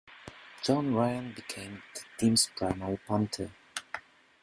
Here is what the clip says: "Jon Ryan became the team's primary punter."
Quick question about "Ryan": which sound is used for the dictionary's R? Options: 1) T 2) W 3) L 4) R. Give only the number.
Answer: 4